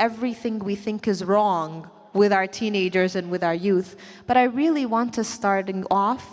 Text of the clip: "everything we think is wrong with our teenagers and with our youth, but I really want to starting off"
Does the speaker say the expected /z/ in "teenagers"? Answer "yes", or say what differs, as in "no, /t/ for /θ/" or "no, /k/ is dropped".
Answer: yes